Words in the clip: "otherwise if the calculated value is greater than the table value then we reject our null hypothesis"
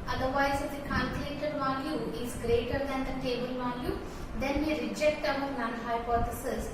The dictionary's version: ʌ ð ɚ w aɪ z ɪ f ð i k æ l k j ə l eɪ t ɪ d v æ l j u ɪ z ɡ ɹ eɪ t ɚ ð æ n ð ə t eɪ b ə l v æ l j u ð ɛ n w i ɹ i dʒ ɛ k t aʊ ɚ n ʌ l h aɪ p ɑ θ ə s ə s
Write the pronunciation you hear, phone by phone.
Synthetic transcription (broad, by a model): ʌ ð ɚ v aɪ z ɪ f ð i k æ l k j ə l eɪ t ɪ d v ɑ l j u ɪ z ɡ ɹ eɪ t ɚ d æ n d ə t eɪ b ə l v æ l j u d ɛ n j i ɹ i dʒ ɛ k t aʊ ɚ n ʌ n h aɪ p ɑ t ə s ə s